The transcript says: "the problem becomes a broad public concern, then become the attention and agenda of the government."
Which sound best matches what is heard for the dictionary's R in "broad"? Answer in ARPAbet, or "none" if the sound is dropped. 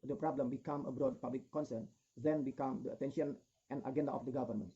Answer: R